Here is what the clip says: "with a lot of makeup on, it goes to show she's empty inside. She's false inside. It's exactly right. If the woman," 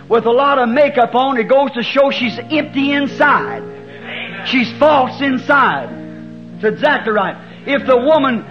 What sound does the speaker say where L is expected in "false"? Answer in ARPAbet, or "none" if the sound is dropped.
L